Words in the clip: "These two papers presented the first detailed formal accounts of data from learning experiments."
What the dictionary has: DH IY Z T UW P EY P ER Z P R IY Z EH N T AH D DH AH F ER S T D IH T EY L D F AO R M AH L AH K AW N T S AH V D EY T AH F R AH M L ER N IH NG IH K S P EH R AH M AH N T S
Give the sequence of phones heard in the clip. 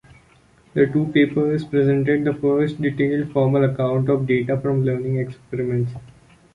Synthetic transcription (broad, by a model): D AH T UW P EY P ER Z P R IY Z EH N T AH D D AH F ER S T D IH T EY L D F AO R M AH L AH K AW N T AH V D EY T AH F R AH M L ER N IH NG IH K S P EH R AH M AH N T S